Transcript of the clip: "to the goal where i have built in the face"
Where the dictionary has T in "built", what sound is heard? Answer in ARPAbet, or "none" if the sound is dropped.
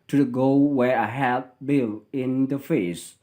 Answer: none